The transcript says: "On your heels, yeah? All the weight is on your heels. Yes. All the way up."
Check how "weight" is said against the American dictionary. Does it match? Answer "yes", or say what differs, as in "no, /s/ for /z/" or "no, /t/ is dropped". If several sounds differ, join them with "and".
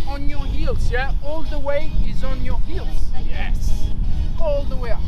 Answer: no, /t/ is dropped